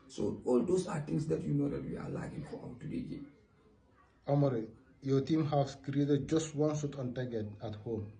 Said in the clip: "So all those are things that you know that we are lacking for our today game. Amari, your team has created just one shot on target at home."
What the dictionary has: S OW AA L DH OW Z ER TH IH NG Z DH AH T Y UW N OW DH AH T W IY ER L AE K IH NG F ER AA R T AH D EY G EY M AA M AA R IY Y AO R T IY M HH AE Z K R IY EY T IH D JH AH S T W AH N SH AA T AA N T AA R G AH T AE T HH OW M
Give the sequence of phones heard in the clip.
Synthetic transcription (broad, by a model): S OW AA L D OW S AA T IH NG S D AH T Y UW N OW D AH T W IY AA L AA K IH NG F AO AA W T AH D EY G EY AA M AA R IY Y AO T IY M HH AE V K R IY EY T IH D JH AH S T W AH N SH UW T AA N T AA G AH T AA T HH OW M